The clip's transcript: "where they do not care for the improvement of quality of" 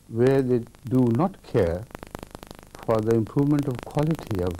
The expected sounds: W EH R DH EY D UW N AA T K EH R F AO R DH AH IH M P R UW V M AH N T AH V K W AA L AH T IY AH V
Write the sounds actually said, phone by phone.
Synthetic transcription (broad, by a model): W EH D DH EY D UW N AA T K EH R F AO R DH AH IH M P R UW V M AH N T AH V K W AA L AH T IY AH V